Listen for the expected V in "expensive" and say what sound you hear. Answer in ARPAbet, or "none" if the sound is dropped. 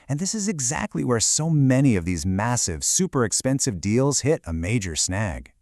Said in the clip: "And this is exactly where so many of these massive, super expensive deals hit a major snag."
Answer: V